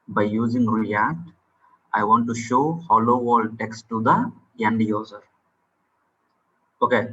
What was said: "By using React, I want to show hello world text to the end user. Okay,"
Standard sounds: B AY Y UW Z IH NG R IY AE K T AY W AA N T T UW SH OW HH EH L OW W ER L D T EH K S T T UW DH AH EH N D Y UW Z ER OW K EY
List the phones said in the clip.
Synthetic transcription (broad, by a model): B AY Y UW Z IH NG R IY AE K T AY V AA N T T UW SH OW HH EH L OW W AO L D T EH K S T T UW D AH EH N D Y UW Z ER OW K EY